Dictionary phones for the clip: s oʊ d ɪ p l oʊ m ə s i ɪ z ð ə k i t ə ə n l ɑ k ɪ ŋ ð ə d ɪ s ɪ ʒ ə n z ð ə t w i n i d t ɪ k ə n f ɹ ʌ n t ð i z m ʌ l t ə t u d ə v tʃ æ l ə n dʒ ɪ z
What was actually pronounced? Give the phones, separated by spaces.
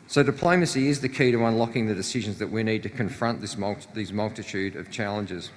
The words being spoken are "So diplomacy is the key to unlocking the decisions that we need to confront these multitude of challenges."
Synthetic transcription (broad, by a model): s oʊ d ɪ p l oʊ m ə s i ɪ z ð ə k i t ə ə n l ɑ k ɪ ŋ ð ə d ɪ s ɪ ʒ ə n z ð ə t w i n i d t ɪ k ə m f ɹ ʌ n t ð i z m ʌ l t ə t u d ə v tʃ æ l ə n dʒ ɪ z